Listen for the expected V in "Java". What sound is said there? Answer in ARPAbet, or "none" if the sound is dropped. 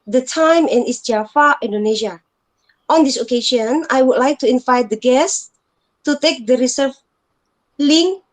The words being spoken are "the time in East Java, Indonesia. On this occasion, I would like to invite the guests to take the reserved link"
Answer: F